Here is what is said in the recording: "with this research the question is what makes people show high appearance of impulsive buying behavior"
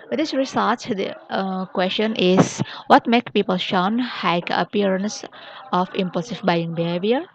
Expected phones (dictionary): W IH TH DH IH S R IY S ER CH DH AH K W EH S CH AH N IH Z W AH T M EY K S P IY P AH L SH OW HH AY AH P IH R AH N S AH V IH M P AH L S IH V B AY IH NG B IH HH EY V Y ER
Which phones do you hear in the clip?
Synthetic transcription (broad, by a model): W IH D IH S R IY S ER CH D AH K W EH S CH AH N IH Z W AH T M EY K P IY P AH L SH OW HH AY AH P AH R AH N S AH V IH M P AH L S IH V B AY IH NG B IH HH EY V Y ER